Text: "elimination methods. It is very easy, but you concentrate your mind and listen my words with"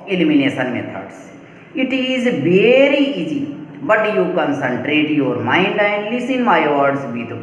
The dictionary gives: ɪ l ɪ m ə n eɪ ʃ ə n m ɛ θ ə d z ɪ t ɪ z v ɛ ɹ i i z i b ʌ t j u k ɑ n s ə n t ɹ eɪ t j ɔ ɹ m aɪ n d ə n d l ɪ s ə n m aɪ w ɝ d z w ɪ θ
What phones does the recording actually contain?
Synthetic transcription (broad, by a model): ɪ l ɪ m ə n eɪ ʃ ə n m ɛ t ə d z ɪ t ɪ z v ɛ ɹ i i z i b ʌ t j u k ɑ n s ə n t ɹ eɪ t j ɔ ɹ m aɪ n d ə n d l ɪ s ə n m aɪ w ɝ d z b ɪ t